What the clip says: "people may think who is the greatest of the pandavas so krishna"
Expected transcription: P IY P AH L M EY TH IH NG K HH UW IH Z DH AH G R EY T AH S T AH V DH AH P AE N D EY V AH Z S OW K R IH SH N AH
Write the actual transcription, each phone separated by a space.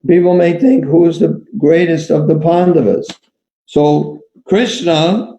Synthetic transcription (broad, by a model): P IY P L M EY TH IH NG K HH UW IH Z DH AH G R EY T AH S T AH V DH AH P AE N D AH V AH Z S OW K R IH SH N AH